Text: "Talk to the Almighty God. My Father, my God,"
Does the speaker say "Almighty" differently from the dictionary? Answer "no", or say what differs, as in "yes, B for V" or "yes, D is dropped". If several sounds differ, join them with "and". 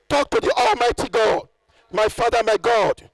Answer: no